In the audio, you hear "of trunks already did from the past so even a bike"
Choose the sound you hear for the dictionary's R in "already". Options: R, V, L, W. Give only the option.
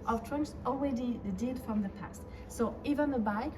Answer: W